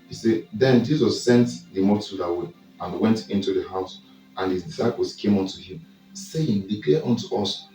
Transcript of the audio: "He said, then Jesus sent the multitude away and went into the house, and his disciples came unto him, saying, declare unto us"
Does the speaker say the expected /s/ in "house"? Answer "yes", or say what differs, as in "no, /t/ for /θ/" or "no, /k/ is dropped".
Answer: yes